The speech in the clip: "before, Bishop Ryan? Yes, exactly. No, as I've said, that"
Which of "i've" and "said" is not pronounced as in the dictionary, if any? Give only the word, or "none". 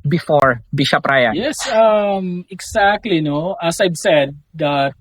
i've